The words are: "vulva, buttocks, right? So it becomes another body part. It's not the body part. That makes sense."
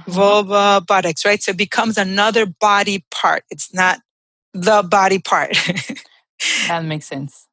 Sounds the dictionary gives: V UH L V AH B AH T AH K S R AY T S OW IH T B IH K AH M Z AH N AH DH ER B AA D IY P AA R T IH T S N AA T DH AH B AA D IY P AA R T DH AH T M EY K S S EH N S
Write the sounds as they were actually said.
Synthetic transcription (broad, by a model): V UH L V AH B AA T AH K S R AY T S OW IH T B IH K AH M Z AH N AH DH ER B AA D IY P AA R T IH T S N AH T DH AH B AA D IY P AA R T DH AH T M EY K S S EH N S